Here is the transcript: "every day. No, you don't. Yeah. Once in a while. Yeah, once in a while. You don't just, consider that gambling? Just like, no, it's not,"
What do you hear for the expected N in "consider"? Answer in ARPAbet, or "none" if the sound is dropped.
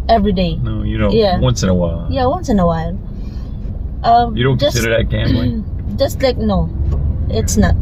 none